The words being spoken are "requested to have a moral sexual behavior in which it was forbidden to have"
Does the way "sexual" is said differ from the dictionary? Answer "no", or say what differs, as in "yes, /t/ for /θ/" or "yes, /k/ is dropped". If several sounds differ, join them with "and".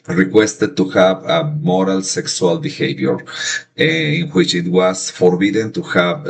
yes, /s/ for /ʃ/